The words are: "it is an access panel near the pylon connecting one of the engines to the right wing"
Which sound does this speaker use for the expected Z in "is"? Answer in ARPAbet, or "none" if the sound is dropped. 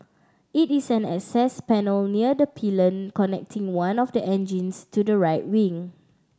S